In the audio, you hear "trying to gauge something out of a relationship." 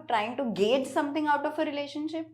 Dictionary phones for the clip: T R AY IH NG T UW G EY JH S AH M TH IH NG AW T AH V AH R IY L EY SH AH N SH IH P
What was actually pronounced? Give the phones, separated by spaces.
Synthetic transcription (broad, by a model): T R AY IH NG T UW G EY JH S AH M T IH NG AW T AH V AH R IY L EY SH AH N SH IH P